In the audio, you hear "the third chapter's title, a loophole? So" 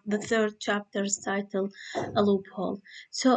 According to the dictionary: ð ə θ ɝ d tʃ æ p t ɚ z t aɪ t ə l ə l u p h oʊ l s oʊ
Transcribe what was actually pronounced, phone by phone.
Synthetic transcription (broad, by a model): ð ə θ ɝ d tʃ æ p t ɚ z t aɪ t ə l ə l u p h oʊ l s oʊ